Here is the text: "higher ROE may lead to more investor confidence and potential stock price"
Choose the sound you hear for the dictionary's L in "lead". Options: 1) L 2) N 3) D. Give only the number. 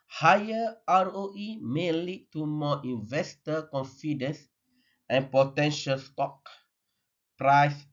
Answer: 1